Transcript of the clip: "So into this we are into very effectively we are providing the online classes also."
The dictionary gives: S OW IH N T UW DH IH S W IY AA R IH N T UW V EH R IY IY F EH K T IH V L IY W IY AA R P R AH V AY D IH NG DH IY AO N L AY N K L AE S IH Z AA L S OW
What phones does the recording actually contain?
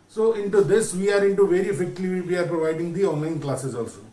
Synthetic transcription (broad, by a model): S OW IH N T UW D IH S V IY AA R IH N T UW V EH R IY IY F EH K T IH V IY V IY AA R P R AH V AY D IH NG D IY AO N L AY N K L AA S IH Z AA L S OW